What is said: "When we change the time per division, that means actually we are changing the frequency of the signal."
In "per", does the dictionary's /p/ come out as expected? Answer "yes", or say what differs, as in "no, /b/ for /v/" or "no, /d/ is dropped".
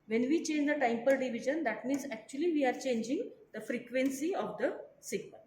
yes